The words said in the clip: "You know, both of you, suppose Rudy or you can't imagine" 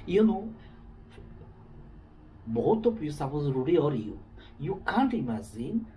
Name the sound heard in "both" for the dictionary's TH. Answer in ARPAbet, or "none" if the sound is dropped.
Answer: T